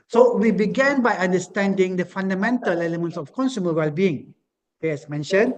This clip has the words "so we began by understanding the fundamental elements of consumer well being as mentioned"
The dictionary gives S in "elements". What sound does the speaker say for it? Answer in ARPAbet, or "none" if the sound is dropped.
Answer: S